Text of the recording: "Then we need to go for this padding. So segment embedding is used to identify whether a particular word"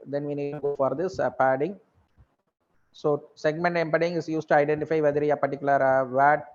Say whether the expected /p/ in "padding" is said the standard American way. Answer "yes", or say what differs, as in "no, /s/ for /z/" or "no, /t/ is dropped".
yes